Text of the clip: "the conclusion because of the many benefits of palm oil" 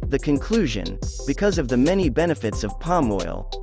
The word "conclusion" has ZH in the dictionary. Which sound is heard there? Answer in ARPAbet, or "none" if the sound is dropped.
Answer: ZH